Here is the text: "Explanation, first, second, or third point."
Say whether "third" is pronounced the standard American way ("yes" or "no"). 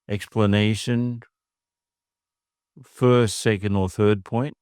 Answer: yes